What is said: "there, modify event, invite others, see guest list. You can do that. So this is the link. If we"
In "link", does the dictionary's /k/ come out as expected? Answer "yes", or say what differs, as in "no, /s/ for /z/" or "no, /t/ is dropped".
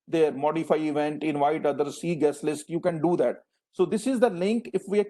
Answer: yes